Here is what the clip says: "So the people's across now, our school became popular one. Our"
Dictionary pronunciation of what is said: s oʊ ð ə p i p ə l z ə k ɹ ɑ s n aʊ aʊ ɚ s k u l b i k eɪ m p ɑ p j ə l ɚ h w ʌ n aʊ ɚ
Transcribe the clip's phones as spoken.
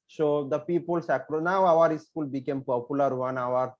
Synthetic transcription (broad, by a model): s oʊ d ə p i p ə l s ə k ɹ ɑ n aʊ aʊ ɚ s k u l b i k eɪ m p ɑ p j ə l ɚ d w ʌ n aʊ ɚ